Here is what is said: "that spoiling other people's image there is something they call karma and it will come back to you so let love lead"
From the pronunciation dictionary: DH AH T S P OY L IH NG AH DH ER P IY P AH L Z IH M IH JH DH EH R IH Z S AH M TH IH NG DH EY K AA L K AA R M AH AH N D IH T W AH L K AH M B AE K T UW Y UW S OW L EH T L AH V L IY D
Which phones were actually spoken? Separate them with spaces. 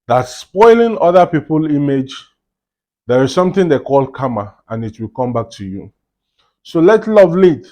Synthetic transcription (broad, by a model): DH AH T S P OY L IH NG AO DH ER P IY P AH L IY M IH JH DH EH R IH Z S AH M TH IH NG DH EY K AA L K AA M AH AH N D IH T W AH L K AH M B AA K T UW Y UW S OW L EH T L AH V L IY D